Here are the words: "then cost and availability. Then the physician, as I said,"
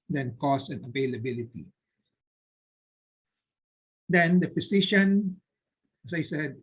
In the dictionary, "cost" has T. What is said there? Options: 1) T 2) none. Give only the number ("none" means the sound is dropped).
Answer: 2